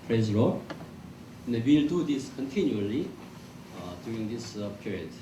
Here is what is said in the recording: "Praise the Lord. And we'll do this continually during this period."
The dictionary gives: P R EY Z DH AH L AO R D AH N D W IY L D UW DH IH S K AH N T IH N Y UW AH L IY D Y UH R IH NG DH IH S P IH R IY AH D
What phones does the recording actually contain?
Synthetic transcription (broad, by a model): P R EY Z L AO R AH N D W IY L D UW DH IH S K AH N T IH N Y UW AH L IY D Y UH R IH NG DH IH S P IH R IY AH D